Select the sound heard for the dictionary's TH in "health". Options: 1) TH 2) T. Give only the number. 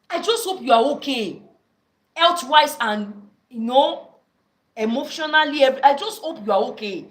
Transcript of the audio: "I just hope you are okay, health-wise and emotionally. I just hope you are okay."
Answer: 2